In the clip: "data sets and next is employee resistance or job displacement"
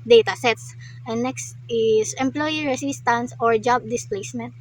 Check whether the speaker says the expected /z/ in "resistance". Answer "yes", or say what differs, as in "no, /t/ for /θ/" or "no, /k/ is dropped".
no, /s/ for /z/